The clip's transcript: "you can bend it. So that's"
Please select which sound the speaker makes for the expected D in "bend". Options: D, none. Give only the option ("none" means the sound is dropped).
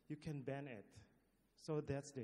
none